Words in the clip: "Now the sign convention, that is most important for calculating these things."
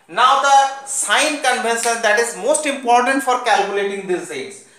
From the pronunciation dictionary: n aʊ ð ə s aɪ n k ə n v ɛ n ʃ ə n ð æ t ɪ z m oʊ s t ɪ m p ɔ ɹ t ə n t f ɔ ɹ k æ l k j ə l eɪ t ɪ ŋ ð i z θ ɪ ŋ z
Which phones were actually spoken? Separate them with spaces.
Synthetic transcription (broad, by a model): n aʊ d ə s aɪ n k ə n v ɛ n s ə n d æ t ɪ z m oʊ s t ɪ m p ɔ ɹ t ə n t f ɔ ɹ k æ l k j ə l eɪ t ɪ ŋ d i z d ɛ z